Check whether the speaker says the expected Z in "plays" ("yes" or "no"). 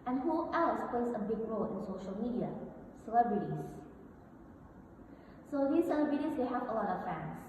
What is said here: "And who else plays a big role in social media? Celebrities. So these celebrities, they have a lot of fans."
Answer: no